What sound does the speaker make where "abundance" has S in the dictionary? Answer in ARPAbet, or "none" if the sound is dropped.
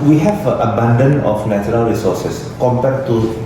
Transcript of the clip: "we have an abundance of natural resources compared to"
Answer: none